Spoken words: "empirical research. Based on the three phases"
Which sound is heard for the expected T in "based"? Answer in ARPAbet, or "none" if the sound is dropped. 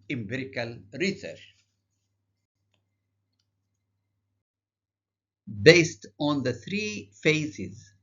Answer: T